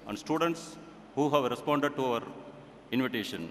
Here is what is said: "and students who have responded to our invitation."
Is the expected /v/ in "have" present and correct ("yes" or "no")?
yes